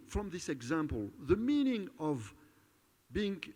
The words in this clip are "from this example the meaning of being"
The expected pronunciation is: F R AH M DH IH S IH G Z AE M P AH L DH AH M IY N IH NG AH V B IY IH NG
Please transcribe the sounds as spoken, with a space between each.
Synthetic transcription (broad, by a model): F R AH M DH IH S IH G Z AE M P AH L DH AH M IY N IH NG AH V B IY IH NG